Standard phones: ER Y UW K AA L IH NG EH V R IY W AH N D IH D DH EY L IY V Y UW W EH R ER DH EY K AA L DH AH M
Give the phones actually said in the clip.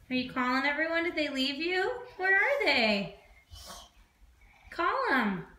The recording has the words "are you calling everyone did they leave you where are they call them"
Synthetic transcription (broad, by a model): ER Y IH K AA L IH NG EH V R IY W AH N D IH D DH EY L IY V Y UW W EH R ER DH EY K AA L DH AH M